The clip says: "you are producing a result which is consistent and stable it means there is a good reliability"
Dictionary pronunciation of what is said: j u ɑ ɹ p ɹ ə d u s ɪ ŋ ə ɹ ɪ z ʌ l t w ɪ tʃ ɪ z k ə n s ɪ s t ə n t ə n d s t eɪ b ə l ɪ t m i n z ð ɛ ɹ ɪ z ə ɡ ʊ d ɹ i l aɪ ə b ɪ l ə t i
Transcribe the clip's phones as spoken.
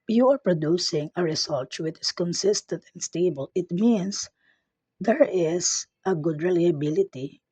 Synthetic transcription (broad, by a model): j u ɑ ɹ p ɹ ə d u s ɪ ŋ ə ɹ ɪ s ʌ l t w ɪ tʃ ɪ s k ə n s ɪ s t ə n t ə n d s t eɪ b ə l ɪ t m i n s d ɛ ɹ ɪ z ə ɡ ʊ d ɹ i l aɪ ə b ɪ l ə t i